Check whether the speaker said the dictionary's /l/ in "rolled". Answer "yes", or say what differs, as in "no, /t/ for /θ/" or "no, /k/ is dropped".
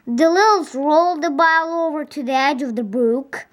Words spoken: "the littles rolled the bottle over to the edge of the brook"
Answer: yes